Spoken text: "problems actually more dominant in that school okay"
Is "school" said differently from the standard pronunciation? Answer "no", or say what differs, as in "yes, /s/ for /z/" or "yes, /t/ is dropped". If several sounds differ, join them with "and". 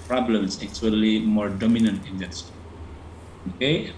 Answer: yes, /k/ is dropped